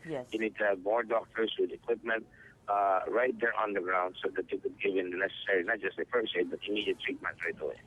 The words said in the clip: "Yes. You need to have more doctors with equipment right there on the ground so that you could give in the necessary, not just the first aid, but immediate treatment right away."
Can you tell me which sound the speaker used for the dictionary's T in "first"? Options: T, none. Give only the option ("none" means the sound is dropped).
none